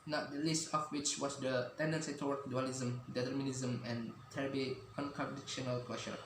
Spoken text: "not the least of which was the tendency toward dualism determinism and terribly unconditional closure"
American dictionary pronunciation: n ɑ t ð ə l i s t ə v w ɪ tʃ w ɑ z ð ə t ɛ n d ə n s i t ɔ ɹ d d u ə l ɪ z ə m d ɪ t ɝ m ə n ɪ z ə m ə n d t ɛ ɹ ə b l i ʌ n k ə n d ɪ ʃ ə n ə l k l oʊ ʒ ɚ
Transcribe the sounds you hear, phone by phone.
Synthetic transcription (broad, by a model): n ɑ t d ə l i s t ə f w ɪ tʃ w ɑ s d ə t ɛ n d ə n s i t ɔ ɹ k d u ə l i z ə m d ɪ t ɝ m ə n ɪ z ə m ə n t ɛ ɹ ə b i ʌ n k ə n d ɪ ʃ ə n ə l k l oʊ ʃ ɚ